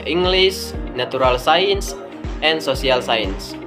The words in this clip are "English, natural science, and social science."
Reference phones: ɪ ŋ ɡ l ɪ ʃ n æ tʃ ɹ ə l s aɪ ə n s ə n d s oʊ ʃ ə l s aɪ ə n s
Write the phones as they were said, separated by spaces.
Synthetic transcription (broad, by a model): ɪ ŋ ɡ l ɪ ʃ n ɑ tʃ ɹ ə l s aɪ ə n s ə n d s oʊ s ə l s aɪ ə n s